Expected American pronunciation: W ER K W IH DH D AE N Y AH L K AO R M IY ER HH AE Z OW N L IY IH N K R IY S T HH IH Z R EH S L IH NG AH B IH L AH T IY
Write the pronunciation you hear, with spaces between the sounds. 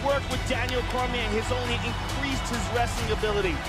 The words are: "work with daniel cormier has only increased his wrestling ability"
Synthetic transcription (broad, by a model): W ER K W IH DH D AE N Y L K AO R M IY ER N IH Z OW N L IY IH N K R IY S T HH IH Z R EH S IH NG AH B IH L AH T IY